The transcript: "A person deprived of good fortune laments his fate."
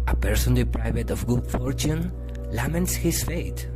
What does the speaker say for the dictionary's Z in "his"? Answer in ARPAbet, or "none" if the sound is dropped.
S